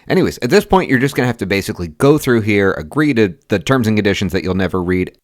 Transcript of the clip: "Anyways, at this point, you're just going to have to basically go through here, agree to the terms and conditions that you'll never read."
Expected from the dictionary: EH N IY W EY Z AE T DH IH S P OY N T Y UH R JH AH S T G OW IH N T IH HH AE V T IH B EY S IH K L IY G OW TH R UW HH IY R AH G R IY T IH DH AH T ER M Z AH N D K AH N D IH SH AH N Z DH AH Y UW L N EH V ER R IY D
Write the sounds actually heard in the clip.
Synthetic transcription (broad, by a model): EH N IY W EY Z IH T DH IH S P OY N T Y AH R JH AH S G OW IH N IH HH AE F T IH B EY S IH K L IY G OW TH R UW HH IY R AH G R IY T IH DH AH T ER M Z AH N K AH N D IH SH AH N Z DH AH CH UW L N EH V ER R IY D